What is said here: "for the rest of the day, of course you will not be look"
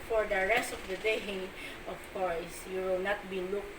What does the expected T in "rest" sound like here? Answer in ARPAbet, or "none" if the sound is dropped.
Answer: T